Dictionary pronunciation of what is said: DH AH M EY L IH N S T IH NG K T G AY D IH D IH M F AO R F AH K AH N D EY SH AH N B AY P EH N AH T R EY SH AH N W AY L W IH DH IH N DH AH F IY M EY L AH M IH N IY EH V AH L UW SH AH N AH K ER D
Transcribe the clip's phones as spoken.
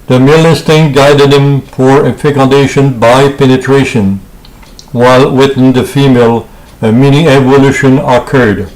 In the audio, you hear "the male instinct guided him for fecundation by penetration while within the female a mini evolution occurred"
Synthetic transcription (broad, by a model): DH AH M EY L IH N S T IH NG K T G AY D IH D IH M F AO R F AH K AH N D EY SH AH N B AY P EH N AH T R EY SH AH N W AY L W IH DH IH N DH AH F IY M EY L AH M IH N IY EH V AH L UW SH AH N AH K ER D